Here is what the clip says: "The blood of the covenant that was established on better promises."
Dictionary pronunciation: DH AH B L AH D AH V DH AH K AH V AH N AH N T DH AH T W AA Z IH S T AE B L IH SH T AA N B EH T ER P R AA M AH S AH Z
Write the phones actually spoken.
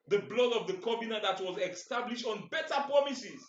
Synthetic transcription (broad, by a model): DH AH B L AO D AH V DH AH K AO B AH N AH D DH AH T W AA Z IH S T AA B L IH SH T AA N B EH T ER P R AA M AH S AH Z